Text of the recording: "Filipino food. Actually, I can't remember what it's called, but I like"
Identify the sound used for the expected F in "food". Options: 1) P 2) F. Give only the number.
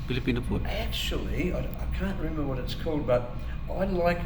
1